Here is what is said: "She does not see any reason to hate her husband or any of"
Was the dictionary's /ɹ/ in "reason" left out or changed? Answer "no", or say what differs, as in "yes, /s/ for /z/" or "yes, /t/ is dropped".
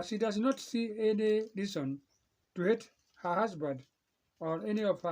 yes, /l/ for /ɹ/